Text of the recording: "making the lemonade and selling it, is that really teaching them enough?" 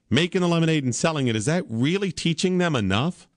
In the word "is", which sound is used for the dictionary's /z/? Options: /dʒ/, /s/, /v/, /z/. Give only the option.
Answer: /z/